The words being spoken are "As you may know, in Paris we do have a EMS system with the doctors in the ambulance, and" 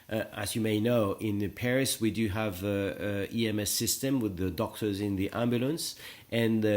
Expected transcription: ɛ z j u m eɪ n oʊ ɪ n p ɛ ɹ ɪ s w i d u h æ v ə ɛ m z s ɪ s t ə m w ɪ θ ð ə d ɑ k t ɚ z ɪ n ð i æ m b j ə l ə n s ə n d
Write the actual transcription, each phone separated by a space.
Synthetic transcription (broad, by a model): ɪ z j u m eɪ n oʊ ɪ n p ɛ ɹ ɪ s w i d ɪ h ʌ v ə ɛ m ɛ s ɪ s t ə m w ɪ ð ə d ɑ k t ɚ z ɪ n ð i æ m b j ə l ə n s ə n